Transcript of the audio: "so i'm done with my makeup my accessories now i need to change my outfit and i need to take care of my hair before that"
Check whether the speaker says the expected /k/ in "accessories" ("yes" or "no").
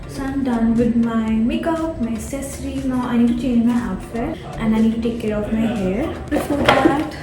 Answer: no